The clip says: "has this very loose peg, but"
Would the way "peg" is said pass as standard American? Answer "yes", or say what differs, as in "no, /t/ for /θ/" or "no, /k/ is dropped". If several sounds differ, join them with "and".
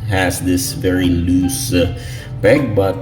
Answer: no, /b/ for /p/